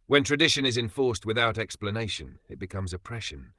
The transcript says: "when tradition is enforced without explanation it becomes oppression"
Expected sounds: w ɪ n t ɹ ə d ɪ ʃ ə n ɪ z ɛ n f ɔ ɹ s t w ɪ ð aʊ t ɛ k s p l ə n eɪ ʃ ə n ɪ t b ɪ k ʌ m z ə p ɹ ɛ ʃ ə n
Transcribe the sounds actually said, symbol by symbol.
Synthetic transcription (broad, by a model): w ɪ n t ɹ ə d ɪ ʃ ə n ɪ z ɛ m f ɔ ɹ s t w ɪ ð aʊ t ɛ k s p l ə n eɪ ʃ ə n ɪ t b ɪ k ʌ m z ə p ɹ ɛ ʃ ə n